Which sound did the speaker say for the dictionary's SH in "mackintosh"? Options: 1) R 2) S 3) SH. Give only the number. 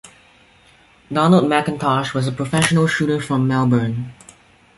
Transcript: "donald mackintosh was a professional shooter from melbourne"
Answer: 3